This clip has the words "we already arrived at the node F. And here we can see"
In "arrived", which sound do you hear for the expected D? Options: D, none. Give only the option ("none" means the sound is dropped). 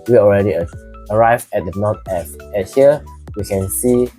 none